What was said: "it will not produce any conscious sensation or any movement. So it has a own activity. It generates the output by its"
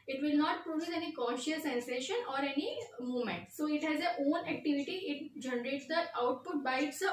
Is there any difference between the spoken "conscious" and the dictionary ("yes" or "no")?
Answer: yes